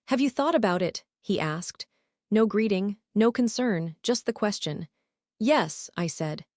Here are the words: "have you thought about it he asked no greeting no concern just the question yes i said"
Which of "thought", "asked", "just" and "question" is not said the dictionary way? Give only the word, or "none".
none